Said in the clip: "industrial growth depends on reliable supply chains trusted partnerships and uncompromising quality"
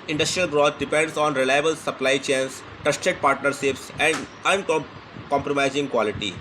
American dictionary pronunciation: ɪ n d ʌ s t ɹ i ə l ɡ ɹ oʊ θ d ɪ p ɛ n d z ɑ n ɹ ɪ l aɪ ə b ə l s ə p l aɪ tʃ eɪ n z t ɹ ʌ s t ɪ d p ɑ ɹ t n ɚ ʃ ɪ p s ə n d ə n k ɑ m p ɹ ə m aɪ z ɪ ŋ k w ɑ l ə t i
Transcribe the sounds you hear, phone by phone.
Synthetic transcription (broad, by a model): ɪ n d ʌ s t ɹ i ə l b ɹ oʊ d d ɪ p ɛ n d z ɑ n ɹ ɪ l aɪ ə b ə l s ə p l aɪ tʃ eɪ n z t ʌ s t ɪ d p ɑ ɹ t n ɚ ʃ ɪ p s ə n d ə n k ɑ m p ɹ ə m aɪ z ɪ ŋ k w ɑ l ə t i